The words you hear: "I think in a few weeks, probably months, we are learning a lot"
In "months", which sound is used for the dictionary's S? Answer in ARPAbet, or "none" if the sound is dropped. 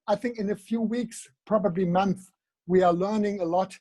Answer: none